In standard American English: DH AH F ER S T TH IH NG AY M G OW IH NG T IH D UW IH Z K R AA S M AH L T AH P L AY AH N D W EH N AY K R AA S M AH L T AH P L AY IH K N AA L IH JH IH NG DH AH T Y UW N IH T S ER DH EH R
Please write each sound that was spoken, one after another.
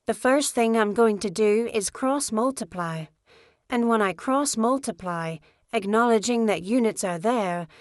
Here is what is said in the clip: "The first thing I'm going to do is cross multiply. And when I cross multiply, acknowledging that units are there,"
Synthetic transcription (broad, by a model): DH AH F ER S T TH IH NG AY M G OW IH NG T IH D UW IH Z K R AA S M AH L T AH P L AY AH N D W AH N AY K R AA S M AH L T AH P L AY IH K N AA L IH JH IH NG DH AH T Y UW N IH T S ER DH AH R